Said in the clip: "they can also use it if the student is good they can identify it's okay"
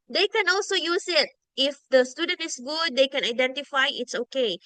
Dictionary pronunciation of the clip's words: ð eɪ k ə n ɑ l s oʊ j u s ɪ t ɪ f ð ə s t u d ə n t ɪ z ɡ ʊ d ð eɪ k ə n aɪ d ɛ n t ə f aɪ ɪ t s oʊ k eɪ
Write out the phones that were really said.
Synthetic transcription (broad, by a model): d eɪ k ə n ɑ l s oʊ j u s ɪ t ɪ f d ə s t u d ə n t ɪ s ɡ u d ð eɪ k ə n aɪ d ɛ n t ə f aɪ ɪ t s oʊ k eɪ